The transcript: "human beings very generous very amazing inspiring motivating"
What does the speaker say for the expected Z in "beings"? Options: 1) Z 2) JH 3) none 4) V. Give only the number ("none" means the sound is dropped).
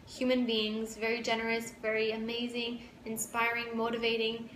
1